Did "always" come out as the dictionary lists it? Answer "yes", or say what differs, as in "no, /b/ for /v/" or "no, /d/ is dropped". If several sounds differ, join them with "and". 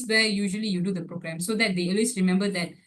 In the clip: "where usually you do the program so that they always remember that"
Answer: no, /s/ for /z/